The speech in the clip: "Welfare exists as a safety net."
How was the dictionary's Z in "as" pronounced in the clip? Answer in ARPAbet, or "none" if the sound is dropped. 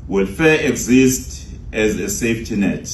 Z